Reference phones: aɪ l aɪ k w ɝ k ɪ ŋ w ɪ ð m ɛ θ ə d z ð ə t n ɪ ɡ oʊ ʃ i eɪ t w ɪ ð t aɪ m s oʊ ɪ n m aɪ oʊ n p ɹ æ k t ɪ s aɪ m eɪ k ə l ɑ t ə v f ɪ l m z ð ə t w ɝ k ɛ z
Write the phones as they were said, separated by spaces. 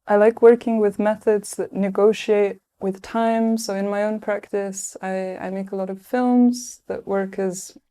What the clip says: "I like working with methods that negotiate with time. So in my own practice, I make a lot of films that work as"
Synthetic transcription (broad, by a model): aɪ l aɪ k w ɝ k ɪ ŋ w ɪ ð m ɛ θ ə d z ð ə t n ɪ ɡ oʊ ʃ i eɪ t w ɪ ð t aɪ m s oʊ ɪ n m aɪ oʊ n p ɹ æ k t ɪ s aɪ m eɪ k ə l ɑ t ə v f ɪ l m z ð ə t w ɝ k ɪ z